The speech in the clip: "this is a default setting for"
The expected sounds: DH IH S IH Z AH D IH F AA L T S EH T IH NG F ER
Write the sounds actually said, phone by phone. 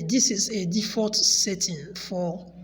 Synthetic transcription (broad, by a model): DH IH S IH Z AH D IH F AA T S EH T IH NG F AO